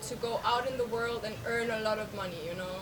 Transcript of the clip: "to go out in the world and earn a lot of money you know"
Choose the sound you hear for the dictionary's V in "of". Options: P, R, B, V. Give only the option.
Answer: V